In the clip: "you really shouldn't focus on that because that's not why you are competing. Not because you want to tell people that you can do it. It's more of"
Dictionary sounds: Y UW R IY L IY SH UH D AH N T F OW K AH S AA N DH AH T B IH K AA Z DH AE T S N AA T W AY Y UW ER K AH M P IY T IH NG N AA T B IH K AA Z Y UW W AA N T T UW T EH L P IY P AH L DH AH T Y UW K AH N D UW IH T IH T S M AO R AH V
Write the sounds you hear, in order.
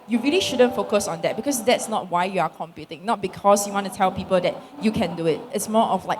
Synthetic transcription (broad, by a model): Y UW R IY L IY SH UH D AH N T F OW K AH S AA N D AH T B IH K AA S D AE T S N AA T W AY Y UW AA K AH M P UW T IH NG N AA T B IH K AA S Y UW W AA N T T UW T EH L P IY P AH L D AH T Y UW K AH N D UW IH T IH T S M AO L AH